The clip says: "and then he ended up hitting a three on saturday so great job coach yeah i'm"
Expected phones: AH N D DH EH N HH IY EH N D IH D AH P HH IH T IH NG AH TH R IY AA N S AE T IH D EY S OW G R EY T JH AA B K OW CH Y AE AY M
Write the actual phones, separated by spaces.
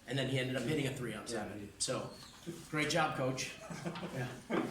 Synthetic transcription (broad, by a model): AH N DH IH N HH IY EH N D IH D AH P HH IH T IH NG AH TH R IY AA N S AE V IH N S OW G R EY T JH AA B K OW CH Y AE